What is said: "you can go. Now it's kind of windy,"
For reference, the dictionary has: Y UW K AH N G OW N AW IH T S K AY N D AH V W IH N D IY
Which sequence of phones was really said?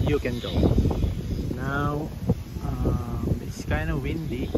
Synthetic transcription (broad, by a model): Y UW K AH N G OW N AW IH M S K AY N AH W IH N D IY